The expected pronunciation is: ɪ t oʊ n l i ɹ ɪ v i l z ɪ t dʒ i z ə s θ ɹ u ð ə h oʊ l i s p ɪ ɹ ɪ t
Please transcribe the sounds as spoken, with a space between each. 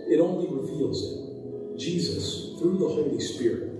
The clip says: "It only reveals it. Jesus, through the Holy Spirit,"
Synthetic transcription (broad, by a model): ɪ t oʊ n l i ɹ ɪ v i l z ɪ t dʒ i z ə s θ ɹ u ð ə h oʊ l i s p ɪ ɹ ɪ t